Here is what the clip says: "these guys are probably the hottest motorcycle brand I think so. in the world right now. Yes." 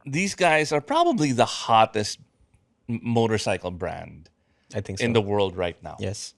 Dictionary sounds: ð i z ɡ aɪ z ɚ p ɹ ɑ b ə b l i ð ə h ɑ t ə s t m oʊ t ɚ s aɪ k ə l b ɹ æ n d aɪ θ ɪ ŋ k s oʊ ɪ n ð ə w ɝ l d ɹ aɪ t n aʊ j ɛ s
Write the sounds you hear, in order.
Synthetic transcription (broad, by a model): ð i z ɡ aɪ z ɚ p ɹ ɑ b ə b l i ð ə h ɑ t ə s t m oʊ t ɚ s aɪ k l b ɹ æ n d aɪ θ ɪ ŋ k ɪ n ð ə w ɝ l d ɹ aɪ t n aʊ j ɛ s